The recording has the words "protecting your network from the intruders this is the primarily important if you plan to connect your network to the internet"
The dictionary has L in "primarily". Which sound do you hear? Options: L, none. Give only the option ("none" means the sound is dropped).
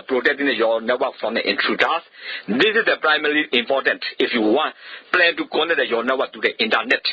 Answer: none